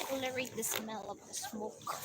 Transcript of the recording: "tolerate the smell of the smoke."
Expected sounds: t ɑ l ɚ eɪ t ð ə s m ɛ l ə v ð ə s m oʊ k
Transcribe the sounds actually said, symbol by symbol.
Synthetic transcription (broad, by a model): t l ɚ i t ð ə s m ɛ l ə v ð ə s m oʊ k